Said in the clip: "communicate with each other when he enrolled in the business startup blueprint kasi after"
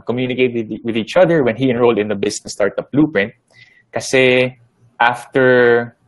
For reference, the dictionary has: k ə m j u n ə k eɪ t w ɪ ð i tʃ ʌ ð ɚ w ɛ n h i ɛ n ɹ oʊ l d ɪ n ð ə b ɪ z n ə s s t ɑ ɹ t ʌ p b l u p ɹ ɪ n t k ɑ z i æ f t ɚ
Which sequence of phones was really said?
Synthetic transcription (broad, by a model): k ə m j u n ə k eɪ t w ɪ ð i tʃ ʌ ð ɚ w ɛ n h i ɛ n ɹ oʊ l d ɪ n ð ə b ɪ s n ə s s t ɑ ɹ t ʌ p l u p ɹ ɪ n t k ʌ s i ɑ f t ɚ